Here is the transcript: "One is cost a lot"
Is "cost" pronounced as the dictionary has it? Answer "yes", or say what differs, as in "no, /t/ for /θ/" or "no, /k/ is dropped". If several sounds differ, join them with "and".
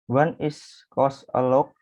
no, /t/ is dropped